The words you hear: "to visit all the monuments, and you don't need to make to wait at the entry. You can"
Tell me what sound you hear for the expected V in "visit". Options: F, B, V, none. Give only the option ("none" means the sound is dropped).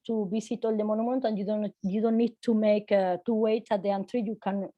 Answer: B